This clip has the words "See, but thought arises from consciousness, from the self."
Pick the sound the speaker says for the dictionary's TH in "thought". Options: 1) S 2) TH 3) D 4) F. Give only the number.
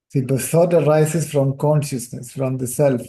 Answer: 1